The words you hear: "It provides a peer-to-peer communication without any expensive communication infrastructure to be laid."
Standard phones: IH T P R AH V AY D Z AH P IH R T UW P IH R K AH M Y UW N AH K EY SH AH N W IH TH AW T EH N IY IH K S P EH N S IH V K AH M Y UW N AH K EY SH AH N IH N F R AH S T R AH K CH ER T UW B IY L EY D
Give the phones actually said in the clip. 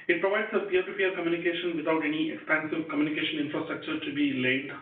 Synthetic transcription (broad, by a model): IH T P R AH V AY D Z AH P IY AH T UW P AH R K AH M Y UW N AH K EY SH AH N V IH T AW T EH N IY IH K S P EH N S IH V K AH M Y UW N AH K EY SH AH N IH N F R AH S T R AH K CH ER T UW B IY L EY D